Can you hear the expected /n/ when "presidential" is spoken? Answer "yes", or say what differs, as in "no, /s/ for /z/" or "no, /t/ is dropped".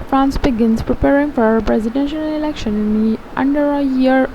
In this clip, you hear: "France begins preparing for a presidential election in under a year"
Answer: yes